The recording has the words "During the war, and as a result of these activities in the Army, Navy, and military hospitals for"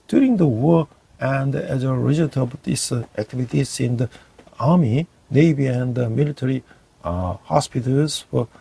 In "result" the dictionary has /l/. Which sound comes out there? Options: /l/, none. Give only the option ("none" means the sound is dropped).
none